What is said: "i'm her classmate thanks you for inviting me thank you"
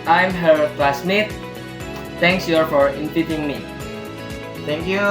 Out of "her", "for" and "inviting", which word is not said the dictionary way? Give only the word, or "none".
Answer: inviting